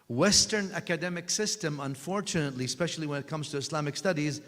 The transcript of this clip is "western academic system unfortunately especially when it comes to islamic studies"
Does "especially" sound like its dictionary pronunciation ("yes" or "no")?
yes